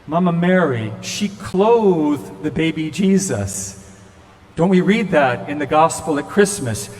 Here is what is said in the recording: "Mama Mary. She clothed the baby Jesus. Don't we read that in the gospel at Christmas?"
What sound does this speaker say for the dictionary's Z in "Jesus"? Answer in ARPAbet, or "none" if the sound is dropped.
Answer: Z